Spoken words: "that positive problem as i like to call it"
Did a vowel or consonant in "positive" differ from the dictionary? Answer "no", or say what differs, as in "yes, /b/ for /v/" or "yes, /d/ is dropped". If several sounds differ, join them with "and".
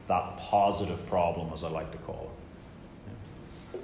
no